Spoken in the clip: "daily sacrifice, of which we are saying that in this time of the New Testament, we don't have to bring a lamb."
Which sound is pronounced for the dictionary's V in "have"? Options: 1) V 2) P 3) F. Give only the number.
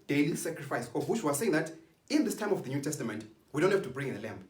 3